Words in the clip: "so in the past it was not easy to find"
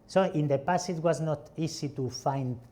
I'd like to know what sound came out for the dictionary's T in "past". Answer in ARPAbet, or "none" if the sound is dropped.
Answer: none